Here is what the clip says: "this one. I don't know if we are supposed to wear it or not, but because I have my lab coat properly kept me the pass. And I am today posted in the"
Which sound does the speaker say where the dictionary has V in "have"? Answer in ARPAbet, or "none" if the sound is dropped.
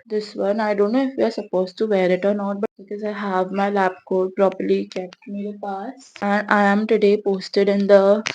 V